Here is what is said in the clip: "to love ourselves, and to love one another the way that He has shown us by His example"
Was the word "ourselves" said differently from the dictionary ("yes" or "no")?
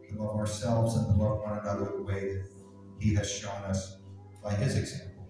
no